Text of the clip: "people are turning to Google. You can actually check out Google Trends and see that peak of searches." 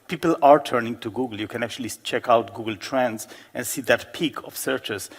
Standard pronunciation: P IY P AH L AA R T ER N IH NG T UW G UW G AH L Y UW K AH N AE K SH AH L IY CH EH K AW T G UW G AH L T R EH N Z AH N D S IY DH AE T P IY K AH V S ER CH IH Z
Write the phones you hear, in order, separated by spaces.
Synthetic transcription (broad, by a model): P IY P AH L AA R T ER N IH NG T UW G UW G AH L Y UW K AH N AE K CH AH L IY CH EH K AW T G UW G AH L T R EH N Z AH N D S IY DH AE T P IY K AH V S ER CH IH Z